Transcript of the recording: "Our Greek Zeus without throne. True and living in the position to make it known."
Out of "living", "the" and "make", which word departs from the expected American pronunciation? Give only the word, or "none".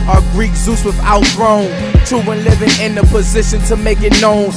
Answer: none